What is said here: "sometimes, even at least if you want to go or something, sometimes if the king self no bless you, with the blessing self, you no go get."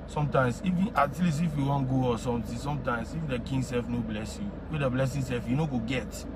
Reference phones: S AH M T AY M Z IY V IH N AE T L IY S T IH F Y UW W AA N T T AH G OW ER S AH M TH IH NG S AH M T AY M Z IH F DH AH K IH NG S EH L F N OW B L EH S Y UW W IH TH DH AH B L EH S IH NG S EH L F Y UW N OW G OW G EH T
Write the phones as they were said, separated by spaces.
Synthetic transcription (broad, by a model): S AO M T AY M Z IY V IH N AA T L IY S IH F Y UW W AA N G OW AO S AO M T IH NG S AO M T AY M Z IH F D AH K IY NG S EH L F N OW B L EH S Y UW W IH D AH B L EH S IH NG S EH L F Y UW N OW G OW G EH T